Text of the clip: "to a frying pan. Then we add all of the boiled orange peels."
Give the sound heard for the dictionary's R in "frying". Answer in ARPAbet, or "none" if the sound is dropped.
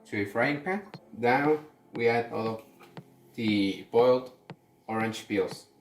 R